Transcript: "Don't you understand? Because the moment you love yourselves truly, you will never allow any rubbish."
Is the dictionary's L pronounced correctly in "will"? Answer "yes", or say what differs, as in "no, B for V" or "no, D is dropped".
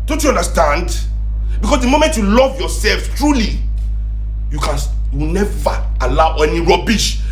no, W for L